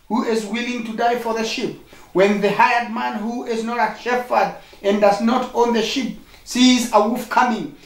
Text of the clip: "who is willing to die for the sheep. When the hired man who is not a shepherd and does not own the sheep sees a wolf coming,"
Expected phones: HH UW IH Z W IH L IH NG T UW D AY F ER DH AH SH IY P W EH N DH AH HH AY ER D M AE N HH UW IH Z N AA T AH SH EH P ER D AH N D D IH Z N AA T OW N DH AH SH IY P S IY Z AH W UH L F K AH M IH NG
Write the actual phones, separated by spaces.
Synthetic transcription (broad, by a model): HH UW IH Z W IH L IH NG T UW D AY F ER DH AH SH IY P W EH N DH AH HH AY ER D M AE N HH UW IH Z N AA T AH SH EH F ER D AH N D D IH Z N AA T OW N DH AH SH IY P S IY Z AH W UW F K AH M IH NG